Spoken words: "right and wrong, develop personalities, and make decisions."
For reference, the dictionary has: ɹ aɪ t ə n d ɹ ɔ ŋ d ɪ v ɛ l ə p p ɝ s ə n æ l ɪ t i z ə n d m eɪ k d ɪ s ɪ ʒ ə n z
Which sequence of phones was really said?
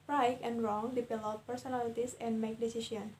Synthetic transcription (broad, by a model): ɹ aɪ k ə n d ɹ ɔ ŋ d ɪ p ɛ l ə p p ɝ s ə n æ l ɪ t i s ə n d m eɪ k d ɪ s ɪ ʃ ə n